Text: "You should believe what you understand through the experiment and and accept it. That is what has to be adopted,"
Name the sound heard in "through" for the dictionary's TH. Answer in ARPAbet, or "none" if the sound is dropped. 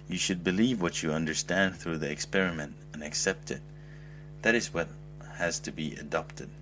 TH